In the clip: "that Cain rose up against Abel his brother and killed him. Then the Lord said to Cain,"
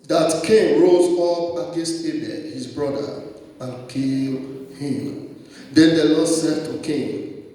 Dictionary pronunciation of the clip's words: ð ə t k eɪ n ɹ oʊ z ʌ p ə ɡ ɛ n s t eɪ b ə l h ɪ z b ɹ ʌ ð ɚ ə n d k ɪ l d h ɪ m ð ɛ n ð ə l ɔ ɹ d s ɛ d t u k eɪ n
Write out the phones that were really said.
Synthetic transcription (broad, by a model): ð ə t k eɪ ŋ ɹ oʊ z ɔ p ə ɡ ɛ s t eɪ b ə h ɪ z b ɹ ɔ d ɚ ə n k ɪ l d h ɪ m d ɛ n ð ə l ɔ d s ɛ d t u k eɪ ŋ